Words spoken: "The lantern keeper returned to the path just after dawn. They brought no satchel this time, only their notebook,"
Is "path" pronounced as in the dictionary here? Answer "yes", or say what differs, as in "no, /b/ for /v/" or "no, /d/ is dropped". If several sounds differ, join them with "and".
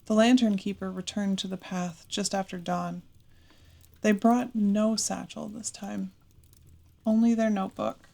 yes